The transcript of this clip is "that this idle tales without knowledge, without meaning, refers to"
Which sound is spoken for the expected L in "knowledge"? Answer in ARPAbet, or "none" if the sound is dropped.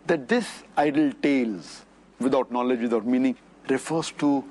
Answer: L